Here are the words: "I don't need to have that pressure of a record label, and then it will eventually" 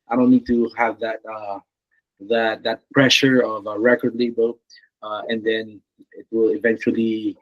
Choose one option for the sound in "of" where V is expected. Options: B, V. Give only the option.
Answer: V